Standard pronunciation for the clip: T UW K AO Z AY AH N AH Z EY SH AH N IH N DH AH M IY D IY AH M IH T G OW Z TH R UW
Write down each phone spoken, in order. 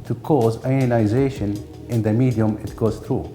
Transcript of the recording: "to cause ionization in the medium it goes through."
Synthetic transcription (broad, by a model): T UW K AO Z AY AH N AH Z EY SH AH N IH N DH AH M IY D IY AH M IH T G OW Z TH R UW